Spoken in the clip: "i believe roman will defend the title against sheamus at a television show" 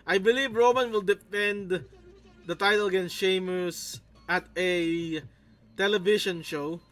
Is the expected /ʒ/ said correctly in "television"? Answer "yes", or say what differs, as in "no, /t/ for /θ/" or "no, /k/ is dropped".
no, /ʃ/ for /ʒ/